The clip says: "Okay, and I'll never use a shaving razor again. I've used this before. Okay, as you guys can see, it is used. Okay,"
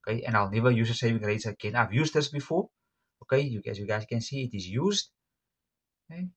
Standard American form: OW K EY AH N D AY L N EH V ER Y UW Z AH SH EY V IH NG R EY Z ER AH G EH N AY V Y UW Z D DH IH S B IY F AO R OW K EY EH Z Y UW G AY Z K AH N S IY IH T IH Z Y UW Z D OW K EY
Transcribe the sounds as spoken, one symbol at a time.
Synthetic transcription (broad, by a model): K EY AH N AY L N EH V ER Y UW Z AH S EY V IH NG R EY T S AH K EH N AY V Y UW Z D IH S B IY F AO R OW K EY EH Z Y UW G AY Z K AH N S IY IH T IH Z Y UW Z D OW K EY